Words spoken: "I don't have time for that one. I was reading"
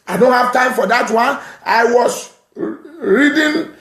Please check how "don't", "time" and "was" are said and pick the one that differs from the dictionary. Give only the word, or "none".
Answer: was